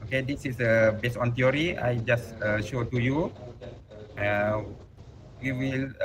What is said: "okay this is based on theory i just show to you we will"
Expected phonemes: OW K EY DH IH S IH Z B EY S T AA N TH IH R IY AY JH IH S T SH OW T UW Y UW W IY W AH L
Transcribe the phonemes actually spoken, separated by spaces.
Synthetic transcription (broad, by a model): OW K EY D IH S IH S B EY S AA N T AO R IY AY JH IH S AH SH OW T UW Y UW W IY W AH L